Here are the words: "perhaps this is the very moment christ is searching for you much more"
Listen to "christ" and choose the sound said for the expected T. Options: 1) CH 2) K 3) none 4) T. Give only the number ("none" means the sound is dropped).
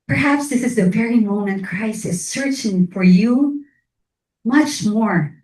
3